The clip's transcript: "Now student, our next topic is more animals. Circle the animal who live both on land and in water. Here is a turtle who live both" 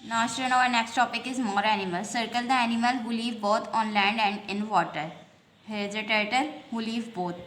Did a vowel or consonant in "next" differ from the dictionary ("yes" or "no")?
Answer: no